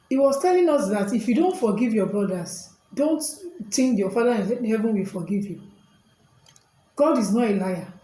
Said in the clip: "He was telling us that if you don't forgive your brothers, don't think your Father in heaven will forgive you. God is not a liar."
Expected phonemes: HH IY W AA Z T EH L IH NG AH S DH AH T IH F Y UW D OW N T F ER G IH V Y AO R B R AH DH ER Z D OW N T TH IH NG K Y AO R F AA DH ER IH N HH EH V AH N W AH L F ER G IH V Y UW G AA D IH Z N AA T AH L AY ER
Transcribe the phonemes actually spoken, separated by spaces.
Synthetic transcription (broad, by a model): IY W AA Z T EH L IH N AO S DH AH T IH F Y UW D OW N T F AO G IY V Y AO B R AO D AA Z D OW N T T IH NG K Y AO F AA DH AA IH N HH EH V AH N W AH L F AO G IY V Y UW G AA D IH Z N AA T AH L AY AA